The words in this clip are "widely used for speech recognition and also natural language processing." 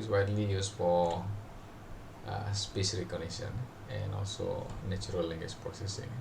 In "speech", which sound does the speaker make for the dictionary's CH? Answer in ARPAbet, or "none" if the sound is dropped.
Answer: S